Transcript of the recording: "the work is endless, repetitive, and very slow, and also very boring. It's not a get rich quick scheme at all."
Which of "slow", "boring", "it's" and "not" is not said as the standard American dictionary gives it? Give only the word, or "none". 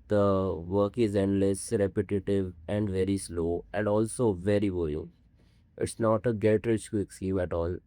boring